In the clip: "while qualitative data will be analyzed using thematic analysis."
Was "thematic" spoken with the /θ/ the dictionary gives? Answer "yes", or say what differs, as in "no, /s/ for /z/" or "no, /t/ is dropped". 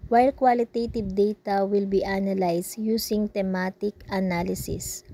no, /t/ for /θ/